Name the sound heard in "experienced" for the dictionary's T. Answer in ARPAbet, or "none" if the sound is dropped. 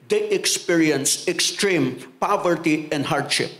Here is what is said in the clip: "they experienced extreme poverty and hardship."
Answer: none